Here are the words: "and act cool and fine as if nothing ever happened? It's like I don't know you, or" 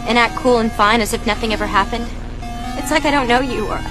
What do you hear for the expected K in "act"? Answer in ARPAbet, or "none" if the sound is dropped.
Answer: none